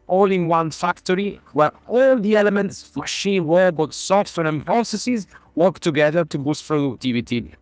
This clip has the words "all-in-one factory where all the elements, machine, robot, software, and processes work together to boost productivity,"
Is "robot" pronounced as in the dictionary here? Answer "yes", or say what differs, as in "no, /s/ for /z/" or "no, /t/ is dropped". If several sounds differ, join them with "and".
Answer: no, /w/ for /ɹ/